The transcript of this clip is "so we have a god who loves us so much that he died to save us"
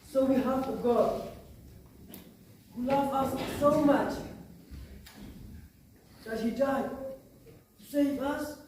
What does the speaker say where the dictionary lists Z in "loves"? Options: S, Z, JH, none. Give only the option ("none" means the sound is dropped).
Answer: none